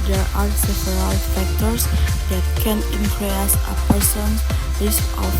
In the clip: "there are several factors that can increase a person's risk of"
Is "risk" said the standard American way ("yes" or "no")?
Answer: no